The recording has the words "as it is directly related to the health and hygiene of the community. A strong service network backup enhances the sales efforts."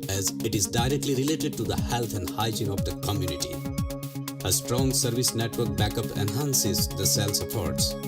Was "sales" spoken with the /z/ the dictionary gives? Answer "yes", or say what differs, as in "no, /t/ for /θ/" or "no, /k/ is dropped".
no, /s/ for /z/